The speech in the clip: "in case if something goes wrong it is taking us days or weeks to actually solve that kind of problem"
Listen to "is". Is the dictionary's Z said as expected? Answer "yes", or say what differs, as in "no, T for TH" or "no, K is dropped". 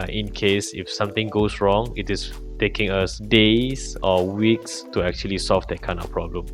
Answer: no, S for Z